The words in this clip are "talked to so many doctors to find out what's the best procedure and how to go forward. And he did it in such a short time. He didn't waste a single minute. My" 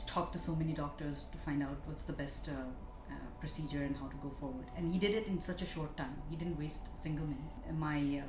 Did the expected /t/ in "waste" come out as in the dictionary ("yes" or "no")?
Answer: yes